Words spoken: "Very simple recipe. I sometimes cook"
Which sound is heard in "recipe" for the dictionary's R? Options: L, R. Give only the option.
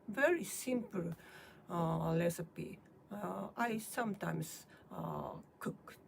L